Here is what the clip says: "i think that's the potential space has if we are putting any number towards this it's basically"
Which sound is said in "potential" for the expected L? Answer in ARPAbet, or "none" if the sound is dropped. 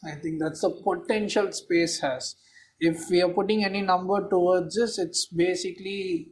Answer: L